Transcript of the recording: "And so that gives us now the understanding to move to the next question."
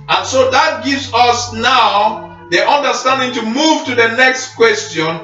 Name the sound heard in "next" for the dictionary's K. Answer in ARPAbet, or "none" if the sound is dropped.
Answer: K